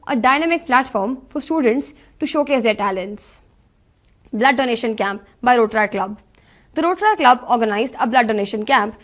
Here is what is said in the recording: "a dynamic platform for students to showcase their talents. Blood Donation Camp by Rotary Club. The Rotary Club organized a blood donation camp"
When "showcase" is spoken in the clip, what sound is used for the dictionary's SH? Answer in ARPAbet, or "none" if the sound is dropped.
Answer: SH